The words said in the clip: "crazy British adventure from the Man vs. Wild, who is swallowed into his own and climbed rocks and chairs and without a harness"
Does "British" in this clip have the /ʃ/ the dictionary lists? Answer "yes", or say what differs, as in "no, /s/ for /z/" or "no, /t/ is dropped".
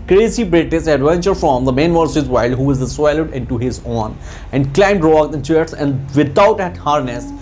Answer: no, /s/ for /ʃ/